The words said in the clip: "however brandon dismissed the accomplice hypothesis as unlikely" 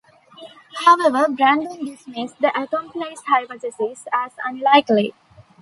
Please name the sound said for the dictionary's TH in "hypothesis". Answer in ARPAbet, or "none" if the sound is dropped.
T